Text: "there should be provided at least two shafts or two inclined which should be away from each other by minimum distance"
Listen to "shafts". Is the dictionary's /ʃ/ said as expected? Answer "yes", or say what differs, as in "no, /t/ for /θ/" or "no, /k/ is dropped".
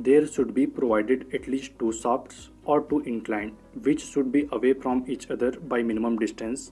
no, /s/ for /ʃ/